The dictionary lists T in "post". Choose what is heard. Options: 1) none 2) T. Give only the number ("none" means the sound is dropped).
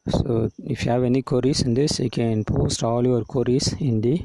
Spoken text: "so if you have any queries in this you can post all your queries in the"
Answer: 2